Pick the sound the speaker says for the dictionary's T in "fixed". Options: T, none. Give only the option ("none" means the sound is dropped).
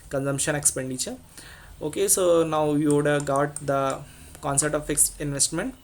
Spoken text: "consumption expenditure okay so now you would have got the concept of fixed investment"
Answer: none